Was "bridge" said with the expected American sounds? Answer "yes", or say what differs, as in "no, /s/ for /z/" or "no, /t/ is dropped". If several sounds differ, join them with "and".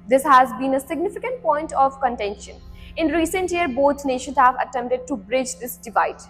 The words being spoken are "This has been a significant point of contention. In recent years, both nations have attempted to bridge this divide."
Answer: yes